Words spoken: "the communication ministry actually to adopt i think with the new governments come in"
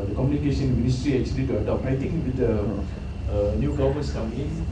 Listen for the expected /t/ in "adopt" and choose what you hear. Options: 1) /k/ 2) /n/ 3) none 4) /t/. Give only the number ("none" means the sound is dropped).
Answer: 3